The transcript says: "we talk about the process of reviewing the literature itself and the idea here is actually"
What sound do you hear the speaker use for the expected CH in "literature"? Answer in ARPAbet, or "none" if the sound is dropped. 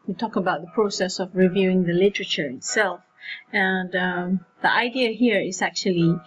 CH